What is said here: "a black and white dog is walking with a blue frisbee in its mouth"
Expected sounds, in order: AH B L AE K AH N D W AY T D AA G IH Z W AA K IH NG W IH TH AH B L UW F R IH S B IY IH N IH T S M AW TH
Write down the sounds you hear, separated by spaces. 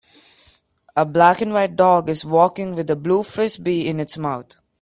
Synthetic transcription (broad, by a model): AH B L AE K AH N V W AY T D AA G IH Z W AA K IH NG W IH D AH B L UW F R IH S B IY IH N IH T S M AW T